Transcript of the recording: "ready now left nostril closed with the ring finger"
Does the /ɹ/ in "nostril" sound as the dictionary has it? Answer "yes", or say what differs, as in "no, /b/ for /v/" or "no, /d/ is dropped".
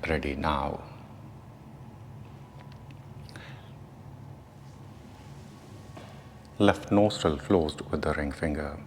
no, /ɹ/ is dropped